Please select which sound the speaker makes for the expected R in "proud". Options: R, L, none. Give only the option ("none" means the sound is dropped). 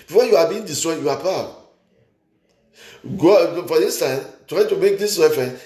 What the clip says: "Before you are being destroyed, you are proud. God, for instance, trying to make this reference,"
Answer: none